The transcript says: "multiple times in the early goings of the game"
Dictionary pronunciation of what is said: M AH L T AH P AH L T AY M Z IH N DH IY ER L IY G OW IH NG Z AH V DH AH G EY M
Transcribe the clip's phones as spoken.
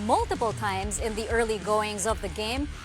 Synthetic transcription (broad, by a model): M AH L T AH P L T AY M Z IH N DH IY ER L IY G OW IH NG Z AH V DH AH G EY M